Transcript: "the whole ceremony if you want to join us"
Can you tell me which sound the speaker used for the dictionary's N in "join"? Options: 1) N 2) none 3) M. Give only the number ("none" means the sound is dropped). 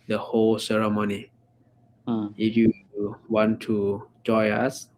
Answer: 2